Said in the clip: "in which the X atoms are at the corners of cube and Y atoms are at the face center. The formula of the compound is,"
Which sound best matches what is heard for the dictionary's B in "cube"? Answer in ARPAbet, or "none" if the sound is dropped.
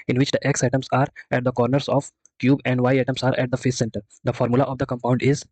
B